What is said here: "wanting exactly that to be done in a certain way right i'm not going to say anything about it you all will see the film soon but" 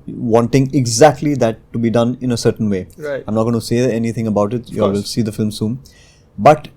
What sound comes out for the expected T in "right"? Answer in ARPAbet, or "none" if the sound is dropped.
none